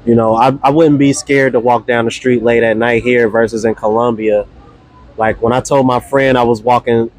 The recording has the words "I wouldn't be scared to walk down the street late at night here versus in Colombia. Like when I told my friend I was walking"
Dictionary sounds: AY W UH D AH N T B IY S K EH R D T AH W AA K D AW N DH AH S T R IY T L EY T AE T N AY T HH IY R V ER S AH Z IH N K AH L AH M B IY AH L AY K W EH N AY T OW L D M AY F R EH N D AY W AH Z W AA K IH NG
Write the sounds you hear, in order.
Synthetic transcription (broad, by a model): AY W UH D N B IY S K EH R D T AH W AA K D AW N DH AH S T R IY T L EY T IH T N AY T HH IY R V ER S AH Z IH N K AH L AH M B IY AH L AY K W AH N AY T OW L D M AY F R EH N D AY W AH Z W AA K IH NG